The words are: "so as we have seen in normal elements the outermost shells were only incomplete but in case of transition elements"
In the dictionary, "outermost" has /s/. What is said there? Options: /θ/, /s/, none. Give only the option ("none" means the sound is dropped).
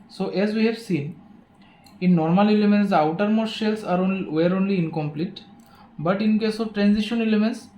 none